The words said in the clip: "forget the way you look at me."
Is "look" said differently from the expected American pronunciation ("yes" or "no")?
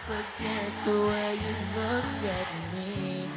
no